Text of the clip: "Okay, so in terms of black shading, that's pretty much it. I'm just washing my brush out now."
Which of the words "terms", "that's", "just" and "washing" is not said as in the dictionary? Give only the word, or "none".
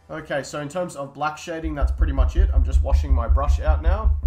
none